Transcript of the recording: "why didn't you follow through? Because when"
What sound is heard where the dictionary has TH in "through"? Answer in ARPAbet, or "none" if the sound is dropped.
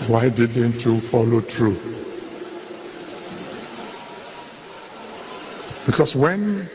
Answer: T